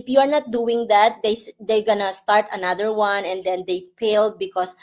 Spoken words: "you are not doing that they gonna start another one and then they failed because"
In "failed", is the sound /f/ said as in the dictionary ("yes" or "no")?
no